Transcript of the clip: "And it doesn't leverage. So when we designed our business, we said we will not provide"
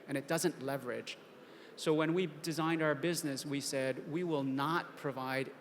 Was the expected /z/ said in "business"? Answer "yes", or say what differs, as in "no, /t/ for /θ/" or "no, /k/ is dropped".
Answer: yes